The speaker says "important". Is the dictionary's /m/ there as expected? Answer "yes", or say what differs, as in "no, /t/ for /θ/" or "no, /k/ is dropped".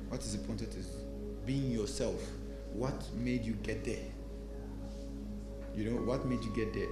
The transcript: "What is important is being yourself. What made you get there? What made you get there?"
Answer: no, /m/ is dropped